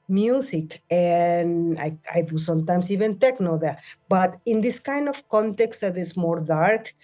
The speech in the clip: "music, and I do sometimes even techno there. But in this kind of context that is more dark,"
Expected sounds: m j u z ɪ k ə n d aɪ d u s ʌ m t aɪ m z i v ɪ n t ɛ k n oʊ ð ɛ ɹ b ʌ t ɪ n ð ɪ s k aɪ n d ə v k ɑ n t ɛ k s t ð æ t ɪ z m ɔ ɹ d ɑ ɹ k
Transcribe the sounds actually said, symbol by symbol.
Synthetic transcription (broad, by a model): m j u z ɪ k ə n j aɪ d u s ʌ m t aɪ m s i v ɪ n t ɛ k n oʊ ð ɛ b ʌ t ɪ n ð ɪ s k aɪ n d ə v k ɑ n t ɛ k s t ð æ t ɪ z m ɔ ɹ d ɑ ɹ k